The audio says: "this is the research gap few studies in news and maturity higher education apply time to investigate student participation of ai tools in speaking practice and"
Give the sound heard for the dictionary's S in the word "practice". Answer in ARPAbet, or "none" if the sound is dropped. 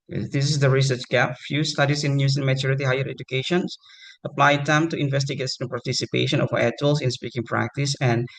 S